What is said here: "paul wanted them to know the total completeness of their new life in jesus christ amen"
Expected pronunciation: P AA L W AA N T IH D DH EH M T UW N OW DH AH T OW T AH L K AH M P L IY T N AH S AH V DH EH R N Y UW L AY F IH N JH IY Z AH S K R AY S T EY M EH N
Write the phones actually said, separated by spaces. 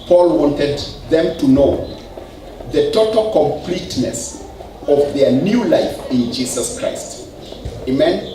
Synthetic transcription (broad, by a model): P AA L W AA N T IH D DH EH M T UW N OW DH AH T OW T AH L K AH M P L IY T N AH S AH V DH EH R N Y UW L AY F IH N JH IY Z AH S K R AY S T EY M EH N